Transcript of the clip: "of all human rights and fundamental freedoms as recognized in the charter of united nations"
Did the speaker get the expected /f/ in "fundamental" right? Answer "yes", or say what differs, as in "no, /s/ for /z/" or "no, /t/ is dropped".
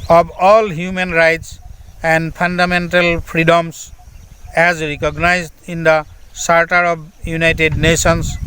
no, /p/ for /f/